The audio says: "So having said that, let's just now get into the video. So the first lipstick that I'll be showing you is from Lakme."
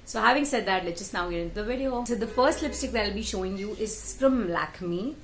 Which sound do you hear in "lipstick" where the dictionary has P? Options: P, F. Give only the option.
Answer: P